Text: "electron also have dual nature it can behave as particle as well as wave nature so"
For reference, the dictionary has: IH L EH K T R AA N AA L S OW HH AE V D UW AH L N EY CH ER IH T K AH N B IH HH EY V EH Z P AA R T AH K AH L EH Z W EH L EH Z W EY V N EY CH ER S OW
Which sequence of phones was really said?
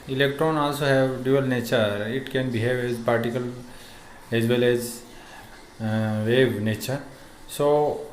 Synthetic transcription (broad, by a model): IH L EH K T R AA N AA L S OW HH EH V D UW AH L N EY CH ER IH T K AH N B IH HH EY V EH Z P AA R T AH K AH L EH Z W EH L EH Z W EY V N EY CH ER S OW